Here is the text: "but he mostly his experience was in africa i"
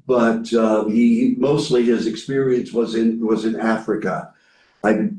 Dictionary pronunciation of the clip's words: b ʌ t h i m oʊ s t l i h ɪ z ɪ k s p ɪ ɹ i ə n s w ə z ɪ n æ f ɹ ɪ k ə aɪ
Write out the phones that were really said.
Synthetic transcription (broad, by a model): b ʌ t h i m oʊ s t l i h ɪ z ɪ k s p ɪ ɹ i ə n s w ə z ɪ n æ f ɹ ɪ k ə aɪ